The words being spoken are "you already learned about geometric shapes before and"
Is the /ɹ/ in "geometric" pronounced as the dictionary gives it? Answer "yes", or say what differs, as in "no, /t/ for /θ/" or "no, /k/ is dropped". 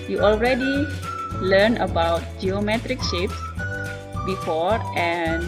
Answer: yes